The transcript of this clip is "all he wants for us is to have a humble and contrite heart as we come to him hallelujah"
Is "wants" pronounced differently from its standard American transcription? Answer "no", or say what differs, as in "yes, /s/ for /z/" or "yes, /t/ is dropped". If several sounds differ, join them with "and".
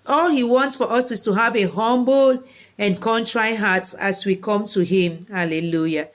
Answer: no